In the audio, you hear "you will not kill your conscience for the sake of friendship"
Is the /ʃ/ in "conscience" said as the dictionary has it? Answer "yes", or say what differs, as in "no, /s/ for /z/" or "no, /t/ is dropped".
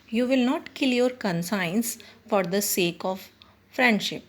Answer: no, /s/ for /ʃ/